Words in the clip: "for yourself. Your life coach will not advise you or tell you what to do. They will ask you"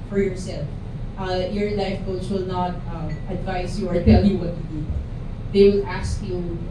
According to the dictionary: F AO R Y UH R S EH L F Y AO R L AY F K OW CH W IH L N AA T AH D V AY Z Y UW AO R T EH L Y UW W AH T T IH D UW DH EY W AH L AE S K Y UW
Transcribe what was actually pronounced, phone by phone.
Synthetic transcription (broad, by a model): F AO R Y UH R S EH L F Y AO R L AY F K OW S W IH L N AA T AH D V AY S Y UW AO R T EH L Y UW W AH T T IH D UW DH EY W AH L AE S K Y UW